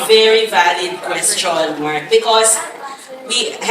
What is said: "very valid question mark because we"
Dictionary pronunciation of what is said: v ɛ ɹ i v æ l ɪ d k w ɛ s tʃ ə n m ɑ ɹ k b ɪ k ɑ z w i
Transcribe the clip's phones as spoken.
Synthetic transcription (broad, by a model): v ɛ ɹ i v æ l ɪ d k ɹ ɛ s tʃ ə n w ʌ ɹ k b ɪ k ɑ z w i